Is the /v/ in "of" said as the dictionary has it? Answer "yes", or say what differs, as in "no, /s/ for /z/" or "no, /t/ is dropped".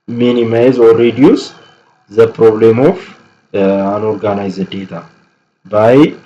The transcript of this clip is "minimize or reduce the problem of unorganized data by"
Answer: no, /f/ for /v/